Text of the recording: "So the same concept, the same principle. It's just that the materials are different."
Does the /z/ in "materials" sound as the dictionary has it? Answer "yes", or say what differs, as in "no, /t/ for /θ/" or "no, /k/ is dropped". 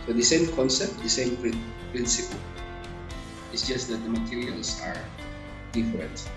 no, /s/ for /z/